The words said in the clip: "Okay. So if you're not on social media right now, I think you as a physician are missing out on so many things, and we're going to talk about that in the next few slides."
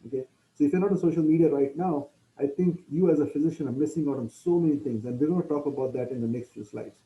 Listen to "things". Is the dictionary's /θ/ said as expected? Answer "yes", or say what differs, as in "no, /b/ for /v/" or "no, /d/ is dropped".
no, /t/ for /θ/